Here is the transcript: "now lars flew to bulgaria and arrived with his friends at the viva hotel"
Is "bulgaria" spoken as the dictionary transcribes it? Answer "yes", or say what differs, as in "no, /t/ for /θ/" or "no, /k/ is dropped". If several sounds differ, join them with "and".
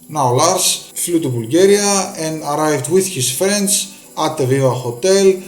yes